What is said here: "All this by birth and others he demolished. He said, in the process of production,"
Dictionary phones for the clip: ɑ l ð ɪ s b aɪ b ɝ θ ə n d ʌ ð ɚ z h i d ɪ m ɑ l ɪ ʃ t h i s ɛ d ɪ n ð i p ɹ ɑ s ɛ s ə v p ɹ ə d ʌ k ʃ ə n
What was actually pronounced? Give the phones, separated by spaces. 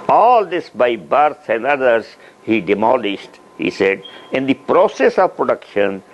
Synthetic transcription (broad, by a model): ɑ l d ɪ s b aɪ b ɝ s ə n d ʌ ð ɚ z h i d ɪ m ɑ l ɪ ʃ t h i s ɛ d ɪ n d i p ɹ ɑ s ɛ s ə v p ɹ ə d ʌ k ʃ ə n